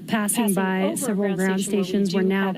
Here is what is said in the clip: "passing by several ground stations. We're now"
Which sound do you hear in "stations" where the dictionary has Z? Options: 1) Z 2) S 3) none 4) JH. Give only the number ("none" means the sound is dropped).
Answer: 1